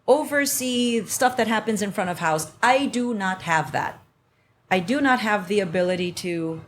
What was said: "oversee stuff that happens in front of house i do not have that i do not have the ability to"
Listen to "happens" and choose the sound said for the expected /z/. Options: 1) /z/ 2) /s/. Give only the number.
1